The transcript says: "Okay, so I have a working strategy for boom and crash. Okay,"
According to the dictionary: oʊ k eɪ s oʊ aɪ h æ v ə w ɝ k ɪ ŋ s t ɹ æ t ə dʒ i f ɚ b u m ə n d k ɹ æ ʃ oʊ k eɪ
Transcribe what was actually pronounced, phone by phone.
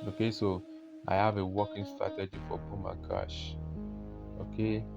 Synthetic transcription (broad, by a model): oʊ k eɪ s oʊ aɪ h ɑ v ə w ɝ k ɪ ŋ s t ɹ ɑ t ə dʒ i f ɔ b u m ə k ɑ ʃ oʊ k eɪ